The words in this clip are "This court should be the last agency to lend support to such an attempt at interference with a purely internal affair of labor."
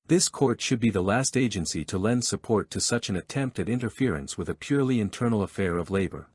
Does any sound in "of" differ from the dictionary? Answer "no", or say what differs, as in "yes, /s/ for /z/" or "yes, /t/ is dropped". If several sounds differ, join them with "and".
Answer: no